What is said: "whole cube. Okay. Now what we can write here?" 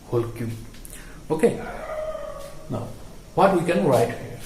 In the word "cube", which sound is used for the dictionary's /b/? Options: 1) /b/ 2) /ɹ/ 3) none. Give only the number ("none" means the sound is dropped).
3